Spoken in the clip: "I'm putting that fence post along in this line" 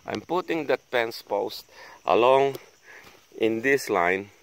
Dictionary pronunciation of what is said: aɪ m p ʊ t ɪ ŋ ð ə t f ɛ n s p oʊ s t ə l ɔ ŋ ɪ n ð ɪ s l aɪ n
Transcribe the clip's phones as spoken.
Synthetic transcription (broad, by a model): aɪ m p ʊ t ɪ ŋ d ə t p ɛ n s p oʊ s t ə l ɔ ŋ ɪ n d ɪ s l aɪ n